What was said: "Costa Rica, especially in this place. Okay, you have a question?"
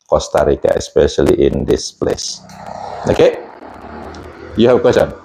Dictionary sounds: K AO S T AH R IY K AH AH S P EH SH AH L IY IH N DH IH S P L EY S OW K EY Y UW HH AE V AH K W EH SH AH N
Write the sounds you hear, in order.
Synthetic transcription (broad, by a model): K AO S T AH R IY K AH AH S P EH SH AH L IY IH N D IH S P L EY S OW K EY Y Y AH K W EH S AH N